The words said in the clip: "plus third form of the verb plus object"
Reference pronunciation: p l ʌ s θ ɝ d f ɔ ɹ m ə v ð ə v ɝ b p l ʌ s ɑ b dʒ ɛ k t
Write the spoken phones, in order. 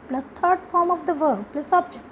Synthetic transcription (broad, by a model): p l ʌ s t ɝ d f ɔ ɹ m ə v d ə v ɝ b p l ʌ s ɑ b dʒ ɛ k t